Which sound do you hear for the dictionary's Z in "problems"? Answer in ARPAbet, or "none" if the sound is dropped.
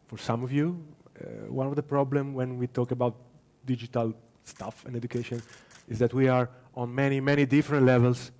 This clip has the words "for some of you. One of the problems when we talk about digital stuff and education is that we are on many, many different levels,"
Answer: none